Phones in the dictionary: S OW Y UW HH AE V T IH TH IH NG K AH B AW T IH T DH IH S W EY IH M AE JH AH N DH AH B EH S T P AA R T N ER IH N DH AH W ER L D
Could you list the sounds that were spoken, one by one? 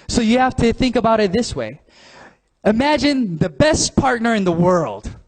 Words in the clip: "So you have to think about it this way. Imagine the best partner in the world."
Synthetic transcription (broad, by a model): S OW Y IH HH AE F T IH TH IH NG K AH B AW T IH T DH IH S W EY IH M AE JH AH N DH AH B EH S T P AA R T N ER IH N DH AH W ER L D